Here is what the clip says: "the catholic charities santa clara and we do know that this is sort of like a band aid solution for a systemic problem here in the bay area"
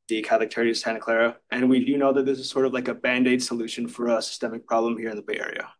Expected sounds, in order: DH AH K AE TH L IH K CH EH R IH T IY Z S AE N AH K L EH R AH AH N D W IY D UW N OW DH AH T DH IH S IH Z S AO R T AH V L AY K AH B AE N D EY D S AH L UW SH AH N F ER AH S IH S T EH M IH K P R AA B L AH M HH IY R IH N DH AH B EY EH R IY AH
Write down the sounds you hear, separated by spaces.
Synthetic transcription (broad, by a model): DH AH K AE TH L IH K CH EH R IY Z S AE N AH K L EH R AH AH N W IY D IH N OW DH AH T DH IH S IH Z S AO R T AH V L AY K AH B AE N D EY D S AH L UW SH AH N F ER AH S IH S T EH M IH K P R AA B L AH M HH IY R IH N DH AH B EY EH R IY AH